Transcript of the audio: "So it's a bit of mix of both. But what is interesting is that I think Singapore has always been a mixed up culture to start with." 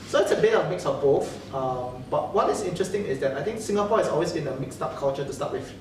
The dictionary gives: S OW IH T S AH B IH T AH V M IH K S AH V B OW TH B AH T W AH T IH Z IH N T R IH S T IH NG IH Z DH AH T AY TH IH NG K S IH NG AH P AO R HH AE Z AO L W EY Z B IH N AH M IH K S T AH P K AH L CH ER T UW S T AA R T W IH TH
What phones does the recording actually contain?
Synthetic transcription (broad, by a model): S OW IH T S AH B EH AH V M IH K S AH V B OW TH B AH T W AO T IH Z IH N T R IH S T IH NG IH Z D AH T AY T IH NG K S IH NG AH P AO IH S AO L W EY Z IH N AH M IH K S T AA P K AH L CH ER T UW S T AA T W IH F